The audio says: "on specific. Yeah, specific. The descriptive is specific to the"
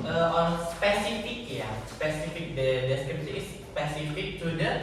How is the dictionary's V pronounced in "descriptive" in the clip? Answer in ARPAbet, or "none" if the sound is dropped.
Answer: none